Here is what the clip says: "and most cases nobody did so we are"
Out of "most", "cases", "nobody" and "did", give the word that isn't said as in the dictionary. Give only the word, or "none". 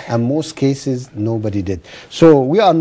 none